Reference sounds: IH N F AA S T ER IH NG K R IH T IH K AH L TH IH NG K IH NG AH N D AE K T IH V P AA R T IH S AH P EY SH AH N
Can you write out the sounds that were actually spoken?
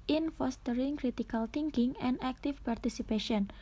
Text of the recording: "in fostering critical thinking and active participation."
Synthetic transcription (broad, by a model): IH N F AA S T ER IH NG K R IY T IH K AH L T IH NG K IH NG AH N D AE K T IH F P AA R T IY S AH P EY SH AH N